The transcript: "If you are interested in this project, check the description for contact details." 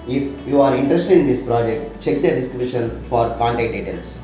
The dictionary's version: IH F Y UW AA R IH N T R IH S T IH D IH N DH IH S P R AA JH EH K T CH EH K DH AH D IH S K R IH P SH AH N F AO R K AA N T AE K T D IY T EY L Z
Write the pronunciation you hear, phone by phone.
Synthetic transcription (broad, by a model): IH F Y UW AA R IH N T R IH S T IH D IH N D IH S P R AA JH EH K T CH EH K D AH D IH S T R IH B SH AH N F AO R K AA N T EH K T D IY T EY L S